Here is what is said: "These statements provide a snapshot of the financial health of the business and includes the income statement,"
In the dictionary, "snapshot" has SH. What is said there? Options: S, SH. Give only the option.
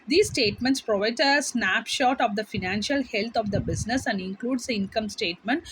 SH